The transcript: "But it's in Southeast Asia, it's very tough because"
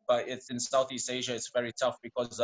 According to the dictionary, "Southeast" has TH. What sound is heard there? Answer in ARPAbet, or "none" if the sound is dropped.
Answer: TH